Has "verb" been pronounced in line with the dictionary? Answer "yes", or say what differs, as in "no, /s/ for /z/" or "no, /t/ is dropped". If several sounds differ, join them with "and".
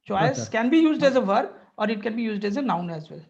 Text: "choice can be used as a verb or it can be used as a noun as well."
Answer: no, /b/ is dropped